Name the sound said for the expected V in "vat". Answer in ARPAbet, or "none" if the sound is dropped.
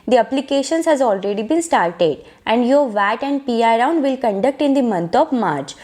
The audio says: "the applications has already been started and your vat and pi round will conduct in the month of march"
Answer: V